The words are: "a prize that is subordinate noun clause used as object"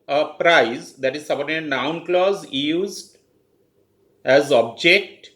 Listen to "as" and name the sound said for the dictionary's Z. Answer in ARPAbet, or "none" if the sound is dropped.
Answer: Z